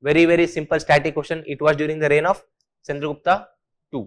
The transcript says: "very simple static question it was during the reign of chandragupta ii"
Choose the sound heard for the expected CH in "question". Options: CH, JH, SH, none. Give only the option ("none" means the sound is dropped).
SH